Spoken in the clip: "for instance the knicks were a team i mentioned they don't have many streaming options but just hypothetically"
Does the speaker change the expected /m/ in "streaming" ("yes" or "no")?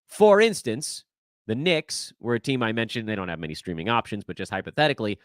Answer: no